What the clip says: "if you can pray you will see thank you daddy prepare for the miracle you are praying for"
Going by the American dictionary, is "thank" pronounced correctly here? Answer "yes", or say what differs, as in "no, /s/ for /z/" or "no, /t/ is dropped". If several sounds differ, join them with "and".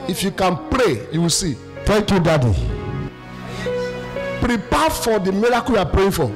no, /t/ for /θ/